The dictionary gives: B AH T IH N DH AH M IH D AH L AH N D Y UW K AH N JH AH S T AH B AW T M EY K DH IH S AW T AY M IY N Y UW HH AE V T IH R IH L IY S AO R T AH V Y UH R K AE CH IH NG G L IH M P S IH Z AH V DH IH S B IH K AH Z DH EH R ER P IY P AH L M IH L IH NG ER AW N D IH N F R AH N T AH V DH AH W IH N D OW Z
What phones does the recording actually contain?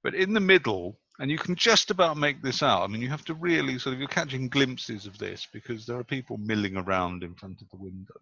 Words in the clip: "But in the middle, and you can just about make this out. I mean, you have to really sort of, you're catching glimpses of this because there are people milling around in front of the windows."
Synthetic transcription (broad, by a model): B AH T IH N DH AH M IH D L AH N Y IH K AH N JH AH S T AH B AW T M EY K DH IH S AW T AY M IY N Y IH HH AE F T IH R IH L IY S AO R T AH V Y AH R K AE CH IH NG G L IH M P S IH Z AH V DH IH S B IH K AH Z DH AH R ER P IY P L M IH L IH NG ER AW N D IH N F R AH N T AH V DH AH W IH N D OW